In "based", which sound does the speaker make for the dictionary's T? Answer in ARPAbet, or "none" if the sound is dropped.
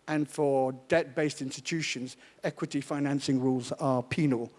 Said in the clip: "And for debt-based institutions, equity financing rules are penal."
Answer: T